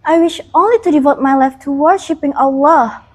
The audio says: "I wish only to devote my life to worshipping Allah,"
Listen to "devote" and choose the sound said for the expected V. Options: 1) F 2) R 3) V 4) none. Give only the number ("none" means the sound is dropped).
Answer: 3